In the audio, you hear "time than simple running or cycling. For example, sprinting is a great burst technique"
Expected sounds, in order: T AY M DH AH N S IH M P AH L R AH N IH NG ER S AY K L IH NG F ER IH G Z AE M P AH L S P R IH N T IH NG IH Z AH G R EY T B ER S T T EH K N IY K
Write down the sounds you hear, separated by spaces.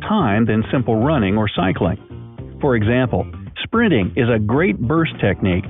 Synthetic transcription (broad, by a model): T AY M DH AH N S IH M P L R AH N IH NG ER S AY K L IH NG F ER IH G Z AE M P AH L S P R IH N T IH NG IH Z AH G R EY T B ER S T T EH K N IY K